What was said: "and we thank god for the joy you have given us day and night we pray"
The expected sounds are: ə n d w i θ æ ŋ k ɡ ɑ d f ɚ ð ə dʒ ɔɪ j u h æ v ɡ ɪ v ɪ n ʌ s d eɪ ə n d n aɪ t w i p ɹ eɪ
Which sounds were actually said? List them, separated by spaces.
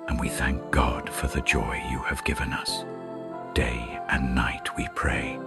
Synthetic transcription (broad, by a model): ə n w i θ æ ŋ k ɡ ɑ d f ɚ ð ə dʒ ɔɪ j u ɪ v ɡ ɪ v ɪ n ʌ s d eɪ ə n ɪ n aɪ t w i p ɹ eɪ